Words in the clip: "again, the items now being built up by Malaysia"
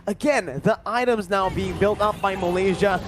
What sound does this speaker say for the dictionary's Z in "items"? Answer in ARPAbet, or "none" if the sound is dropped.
Z